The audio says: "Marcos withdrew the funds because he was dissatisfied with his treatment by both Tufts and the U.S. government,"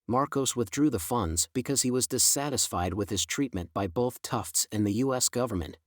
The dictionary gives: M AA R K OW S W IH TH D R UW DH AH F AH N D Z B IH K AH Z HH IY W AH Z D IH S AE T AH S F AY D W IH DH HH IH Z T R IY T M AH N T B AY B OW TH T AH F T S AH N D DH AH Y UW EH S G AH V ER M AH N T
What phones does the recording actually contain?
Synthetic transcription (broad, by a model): M AA R K OW S W IH TH D R UW DH AH F AH N D Z B IH K AH Z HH IY W AH Z D IH S AE T AH S F AY D W IH DH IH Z T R IY T M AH N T B AY B OW TH T AH F T S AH N DH AH Y UW EH S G AH V ER M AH N T